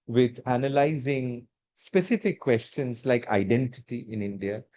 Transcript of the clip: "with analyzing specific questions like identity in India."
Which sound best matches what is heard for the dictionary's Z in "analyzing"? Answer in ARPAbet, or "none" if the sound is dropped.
Z